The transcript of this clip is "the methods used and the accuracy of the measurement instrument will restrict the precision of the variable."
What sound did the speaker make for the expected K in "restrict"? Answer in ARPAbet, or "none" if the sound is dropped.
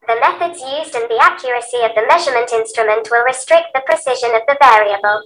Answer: K